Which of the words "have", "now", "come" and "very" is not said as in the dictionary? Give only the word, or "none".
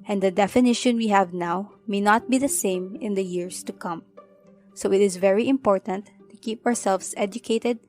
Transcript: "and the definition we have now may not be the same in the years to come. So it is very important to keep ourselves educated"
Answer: none